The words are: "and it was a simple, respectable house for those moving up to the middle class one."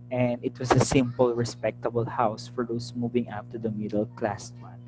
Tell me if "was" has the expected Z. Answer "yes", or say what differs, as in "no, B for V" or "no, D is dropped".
no, S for Z